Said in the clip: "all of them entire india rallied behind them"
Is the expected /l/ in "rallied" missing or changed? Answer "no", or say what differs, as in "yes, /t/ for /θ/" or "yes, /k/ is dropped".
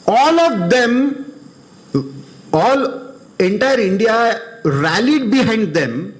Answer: no